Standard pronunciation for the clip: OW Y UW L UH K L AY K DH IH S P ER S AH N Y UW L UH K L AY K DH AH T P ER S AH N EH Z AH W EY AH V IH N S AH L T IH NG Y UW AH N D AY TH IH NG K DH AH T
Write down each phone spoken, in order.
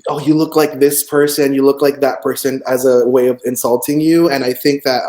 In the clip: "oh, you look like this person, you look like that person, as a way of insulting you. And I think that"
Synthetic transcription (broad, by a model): OW Y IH L UH K L AY K DH IH S P ER S AH N Y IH L UH K L AY K DH AH T P ER S AH N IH Z AH W EY AH V IH N S AH L T IH NG Y UW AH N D AY TH IH NG K DH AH T